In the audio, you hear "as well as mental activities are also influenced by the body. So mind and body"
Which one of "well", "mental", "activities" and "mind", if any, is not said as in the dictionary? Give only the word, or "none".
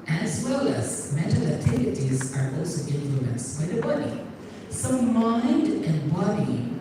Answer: none